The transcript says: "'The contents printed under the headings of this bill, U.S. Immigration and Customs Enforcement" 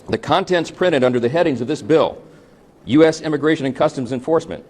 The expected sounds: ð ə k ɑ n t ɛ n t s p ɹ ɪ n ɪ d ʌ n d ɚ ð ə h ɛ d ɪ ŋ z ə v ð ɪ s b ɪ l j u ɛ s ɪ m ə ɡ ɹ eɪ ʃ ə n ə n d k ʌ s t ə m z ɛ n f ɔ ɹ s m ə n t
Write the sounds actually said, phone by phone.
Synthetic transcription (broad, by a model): ð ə k ɑ n t ɛ n t s p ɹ ɪ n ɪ d ʌ n d ɚ ð ə h ɛ d ɪ ŋ z ə v ð ɪ s b ɪ l j u ɛ s ɪ m ə ɡ ɹ eɪ ʃ ə n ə n k ʌ s t ə m z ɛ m f ɔ ɹ s m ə n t